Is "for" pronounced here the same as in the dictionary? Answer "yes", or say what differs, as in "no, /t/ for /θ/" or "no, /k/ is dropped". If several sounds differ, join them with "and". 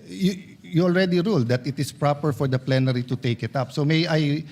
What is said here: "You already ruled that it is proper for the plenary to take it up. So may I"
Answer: yes